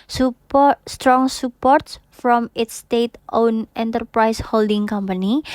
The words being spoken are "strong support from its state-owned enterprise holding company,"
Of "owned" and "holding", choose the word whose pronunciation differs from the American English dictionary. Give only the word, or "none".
owned